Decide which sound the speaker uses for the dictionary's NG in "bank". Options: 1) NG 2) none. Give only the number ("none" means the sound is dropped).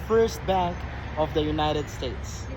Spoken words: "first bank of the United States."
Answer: 2